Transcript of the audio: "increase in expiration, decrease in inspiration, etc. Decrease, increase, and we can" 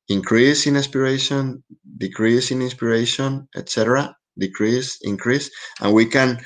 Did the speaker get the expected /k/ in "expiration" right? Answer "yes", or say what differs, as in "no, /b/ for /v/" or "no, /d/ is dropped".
no, /k/ is dropped